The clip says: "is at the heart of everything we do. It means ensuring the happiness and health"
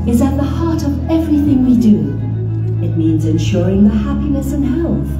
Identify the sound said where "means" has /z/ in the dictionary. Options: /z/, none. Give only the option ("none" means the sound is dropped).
/z/